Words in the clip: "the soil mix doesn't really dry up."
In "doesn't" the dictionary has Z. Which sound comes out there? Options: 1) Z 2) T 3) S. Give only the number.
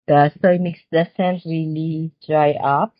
3